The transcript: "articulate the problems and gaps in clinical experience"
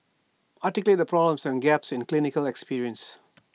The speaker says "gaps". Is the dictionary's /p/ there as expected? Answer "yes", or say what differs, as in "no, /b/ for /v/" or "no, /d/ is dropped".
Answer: yes